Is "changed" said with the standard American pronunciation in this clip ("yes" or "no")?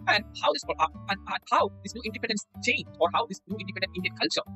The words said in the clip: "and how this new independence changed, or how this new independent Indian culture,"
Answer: no